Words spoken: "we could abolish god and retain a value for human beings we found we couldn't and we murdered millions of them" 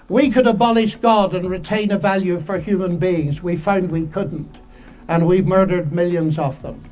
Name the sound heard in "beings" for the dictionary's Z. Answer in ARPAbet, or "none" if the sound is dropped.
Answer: Z